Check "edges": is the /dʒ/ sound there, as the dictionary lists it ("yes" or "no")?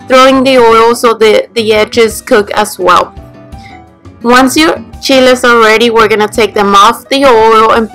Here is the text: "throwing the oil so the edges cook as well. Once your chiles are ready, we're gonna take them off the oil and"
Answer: yes